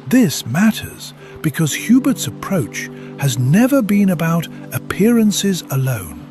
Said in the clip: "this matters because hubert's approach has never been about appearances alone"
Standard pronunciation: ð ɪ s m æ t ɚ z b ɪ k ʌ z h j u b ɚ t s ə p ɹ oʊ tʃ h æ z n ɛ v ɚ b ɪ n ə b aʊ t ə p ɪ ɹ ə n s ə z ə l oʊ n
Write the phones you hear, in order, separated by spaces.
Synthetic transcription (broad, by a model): ð ɪ s m æ t ɚ z b ɪ k ʌ z h j u b ɚ t s ə p ɹ oʊ tʃ h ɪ z n ɛ v ɚ b ɪ n ə b aʊ t ə p ɪ ɹ ə n s ə z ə l oʊ n